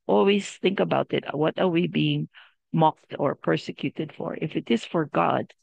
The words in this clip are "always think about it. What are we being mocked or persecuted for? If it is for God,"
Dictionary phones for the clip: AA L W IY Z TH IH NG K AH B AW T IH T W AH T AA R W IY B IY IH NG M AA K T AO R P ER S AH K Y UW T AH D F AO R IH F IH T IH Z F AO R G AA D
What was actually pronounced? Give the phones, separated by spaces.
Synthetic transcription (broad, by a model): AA L W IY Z TH IH NG K AH B AW T IH T W AH T AA R W IY B IY IH NG M AA K T AO R P ER S AH K Y UW T AH D F AO R IH F IH T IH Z F AO R G AA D